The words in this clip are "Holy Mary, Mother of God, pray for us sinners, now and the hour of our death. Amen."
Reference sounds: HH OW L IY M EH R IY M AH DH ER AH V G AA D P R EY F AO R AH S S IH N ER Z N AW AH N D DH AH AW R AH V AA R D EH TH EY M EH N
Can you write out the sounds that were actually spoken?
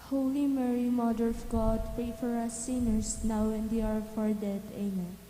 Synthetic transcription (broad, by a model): HH OW L IY M EH R IY M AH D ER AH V G AA D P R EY F AO R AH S S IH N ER S N AW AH N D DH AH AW R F AA R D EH T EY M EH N